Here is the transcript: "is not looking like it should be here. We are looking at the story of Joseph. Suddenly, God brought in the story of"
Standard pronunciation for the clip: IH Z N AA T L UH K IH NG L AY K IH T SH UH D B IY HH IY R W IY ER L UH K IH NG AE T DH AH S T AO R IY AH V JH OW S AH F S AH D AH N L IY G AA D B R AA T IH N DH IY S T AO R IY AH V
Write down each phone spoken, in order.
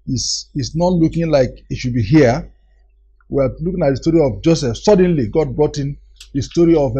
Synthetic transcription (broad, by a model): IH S N AA T L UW K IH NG L AY K IH T SH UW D B IY HH IY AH W IY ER L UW K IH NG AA T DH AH S T AO R IY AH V JH OW S AH F S AH D AH N L IY G AA D B R AA T IH N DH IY S T AO R IY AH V